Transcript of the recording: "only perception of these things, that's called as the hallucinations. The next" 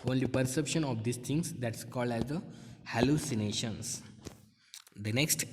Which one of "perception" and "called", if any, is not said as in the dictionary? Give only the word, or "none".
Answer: none